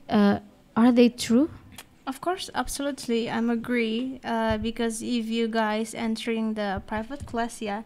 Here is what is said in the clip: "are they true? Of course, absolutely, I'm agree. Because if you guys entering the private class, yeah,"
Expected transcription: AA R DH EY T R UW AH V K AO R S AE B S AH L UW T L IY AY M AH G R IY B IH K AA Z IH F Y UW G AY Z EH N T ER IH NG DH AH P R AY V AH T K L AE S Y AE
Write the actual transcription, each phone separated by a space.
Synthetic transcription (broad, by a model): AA R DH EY T R UW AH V K AO R S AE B S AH L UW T L IY AY M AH G R IY B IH K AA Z IH F Y UW G AY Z EH N T ER IH NG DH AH P R AY V AH T K L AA S Y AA